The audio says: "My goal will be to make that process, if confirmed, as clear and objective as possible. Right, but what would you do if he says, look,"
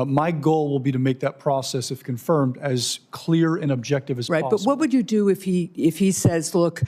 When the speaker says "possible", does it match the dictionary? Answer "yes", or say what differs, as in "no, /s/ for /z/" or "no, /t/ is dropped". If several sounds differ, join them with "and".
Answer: no, /s/ is dropped